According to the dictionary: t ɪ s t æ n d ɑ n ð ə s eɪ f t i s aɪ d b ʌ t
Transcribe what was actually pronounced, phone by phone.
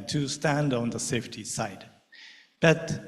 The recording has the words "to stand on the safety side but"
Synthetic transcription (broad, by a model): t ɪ s t æ n d ɑ n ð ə s eɪ f t i s aɪ d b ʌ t